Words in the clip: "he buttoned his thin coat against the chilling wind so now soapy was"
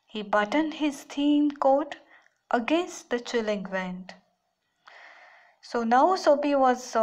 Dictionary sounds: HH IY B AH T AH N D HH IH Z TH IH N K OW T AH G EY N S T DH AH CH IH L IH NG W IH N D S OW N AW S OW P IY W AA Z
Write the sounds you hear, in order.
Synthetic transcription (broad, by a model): HH IY B AH T AH N D HH IH Z T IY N K OW T AH G EY N S T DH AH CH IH L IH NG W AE N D S OW N AW S OW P IY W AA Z